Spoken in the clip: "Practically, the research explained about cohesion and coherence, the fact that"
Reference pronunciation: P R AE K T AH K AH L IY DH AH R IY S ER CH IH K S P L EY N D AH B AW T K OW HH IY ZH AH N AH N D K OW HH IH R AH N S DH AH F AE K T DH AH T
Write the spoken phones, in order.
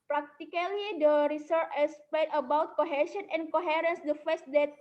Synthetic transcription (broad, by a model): P R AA K T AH K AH L IY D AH R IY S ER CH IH S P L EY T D AH B AW T K OW HH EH S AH N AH N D K OW HH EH R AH N S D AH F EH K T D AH T